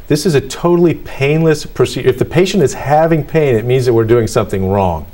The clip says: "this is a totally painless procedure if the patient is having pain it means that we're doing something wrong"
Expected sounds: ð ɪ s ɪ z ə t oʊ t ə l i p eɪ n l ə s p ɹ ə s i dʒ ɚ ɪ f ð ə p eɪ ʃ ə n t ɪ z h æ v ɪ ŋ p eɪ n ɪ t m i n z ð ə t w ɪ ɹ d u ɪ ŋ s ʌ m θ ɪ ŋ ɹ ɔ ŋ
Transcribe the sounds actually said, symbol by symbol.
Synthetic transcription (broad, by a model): ð ɪ s ɪ z ə t oʊ t l i p eɪ n l ə s p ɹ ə s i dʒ ɪ f ð ə p eɪ ʃ ə n t ɪ z h æ v ɪ ŋ p eɪ n ɪ t m i n z ð ə t w ɪ ɹ d u ɪ ŋ s ʌ m θ ɪ ŋ ɹ ɔ ŋ